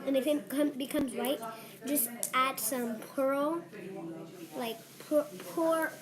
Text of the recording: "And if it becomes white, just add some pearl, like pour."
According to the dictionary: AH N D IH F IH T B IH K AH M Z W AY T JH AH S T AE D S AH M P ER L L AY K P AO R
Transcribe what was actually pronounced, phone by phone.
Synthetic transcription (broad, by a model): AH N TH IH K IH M B IH K AH M Z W AY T JH AH S T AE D S AH M P ER L L AY K P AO R